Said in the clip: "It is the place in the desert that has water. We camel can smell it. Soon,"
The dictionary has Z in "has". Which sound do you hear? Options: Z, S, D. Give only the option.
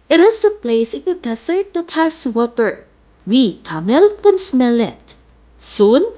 S